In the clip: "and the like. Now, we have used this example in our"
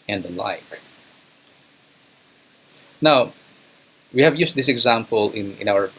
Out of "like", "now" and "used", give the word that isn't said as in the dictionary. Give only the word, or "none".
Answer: used